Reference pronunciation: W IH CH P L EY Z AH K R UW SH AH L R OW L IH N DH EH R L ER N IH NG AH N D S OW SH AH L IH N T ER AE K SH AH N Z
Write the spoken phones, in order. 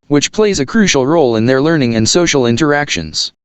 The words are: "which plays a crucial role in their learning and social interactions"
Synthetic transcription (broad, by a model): W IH CH P L EY Z AH K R UW SH L R OW L IH N DH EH R L ER N IH NG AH N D S OW SH L IH N T ER AE K SH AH N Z